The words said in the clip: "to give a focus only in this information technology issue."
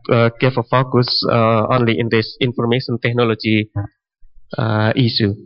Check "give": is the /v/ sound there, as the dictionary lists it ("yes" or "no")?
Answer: no